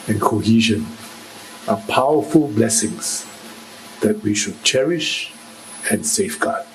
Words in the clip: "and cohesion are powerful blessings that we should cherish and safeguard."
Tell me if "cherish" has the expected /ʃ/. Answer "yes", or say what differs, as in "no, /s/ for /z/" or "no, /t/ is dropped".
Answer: yes